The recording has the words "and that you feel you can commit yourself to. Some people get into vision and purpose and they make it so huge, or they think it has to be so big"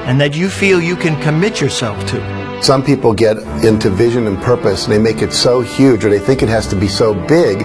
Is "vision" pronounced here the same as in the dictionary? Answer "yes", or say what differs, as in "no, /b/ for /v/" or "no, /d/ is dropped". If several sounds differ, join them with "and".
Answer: yes